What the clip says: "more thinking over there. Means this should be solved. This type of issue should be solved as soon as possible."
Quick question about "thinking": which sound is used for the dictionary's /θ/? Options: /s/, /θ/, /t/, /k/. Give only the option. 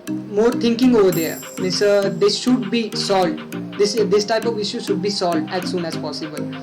/t/